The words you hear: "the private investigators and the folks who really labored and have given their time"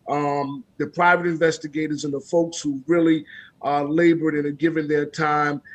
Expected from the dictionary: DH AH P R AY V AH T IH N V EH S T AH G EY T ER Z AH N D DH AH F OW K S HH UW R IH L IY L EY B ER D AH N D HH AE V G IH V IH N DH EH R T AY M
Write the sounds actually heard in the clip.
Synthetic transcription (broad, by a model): DH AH P R AY V AH T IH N V EH S T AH G EY T ER Z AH N DH AH F OW K S HH UW R IH L IY L EY B ER D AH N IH G IH V IH N DH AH R T AY M